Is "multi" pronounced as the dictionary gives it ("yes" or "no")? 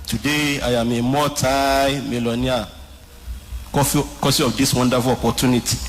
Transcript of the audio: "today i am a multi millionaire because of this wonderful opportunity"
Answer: no